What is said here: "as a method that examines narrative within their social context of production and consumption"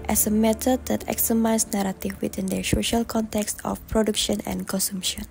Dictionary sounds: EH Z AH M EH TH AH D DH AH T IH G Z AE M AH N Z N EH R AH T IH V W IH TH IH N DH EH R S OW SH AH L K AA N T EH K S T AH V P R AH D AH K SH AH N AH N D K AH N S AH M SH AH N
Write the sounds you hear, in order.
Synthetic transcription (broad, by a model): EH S AH M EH T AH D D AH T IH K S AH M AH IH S N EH R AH T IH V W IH T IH N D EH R S OW SH AH L K AA N T EH K S T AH F P R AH D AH K SH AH N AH N K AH N S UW M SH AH N